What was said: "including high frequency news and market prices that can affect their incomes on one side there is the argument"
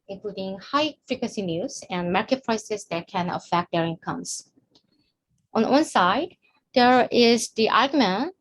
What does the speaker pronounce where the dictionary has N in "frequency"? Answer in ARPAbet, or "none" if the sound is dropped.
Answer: none